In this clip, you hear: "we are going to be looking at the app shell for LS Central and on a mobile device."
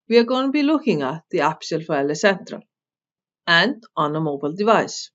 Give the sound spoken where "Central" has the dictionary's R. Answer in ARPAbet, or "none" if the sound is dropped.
R